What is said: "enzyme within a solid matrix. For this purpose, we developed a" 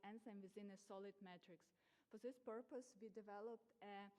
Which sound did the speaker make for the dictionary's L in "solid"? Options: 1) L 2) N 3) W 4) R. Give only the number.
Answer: 1